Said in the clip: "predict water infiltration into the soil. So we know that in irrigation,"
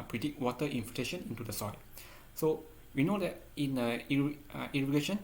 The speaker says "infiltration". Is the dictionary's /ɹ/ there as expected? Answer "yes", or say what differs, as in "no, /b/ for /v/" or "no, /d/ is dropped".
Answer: no, /ɹ/ is dropped